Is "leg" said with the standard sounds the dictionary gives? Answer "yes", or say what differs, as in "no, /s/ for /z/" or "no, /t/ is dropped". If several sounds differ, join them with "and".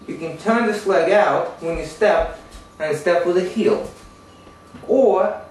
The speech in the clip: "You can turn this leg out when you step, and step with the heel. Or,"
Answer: yes